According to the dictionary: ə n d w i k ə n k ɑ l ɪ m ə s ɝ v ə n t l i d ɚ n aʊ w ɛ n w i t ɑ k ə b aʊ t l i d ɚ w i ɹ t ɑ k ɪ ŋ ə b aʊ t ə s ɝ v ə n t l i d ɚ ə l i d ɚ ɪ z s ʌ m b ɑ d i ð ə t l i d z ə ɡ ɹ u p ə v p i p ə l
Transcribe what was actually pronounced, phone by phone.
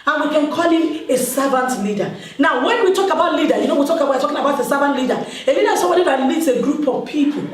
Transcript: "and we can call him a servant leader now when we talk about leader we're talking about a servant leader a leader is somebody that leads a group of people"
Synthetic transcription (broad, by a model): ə n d w i k ə n k ɑ l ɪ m ə s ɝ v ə n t l i d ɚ n aʊ w ɛ n w i t ɑ k ə b aʊ t l i d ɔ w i w t ɑ k ɪ ŋ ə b aʊ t ə s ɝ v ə n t l i d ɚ ə l i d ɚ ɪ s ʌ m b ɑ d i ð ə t l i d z ə ɡ ɹ u p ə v p i p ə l